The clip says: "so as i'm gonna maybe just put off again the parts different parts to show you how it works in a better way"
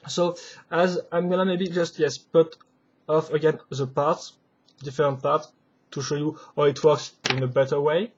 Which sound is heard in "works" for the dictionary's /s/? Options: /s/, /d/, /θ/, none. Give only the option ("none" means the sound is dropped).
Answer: /s/